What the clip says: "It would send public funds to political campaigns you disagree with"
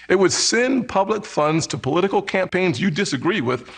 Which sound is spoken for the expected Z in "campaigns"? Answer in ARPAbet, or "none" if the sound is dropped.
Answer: Z